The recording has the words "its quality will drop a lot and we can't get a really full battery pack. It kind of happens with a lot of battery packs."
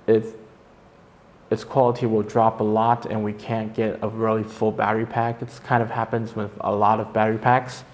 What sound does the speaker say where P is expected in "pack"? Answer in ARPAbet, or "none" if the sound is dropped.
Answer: P